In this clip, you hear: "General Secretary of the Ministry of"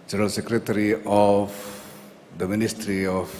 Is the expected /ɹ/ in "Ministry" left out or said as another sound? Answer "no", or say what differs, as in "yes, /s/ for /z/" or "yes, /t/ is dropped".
no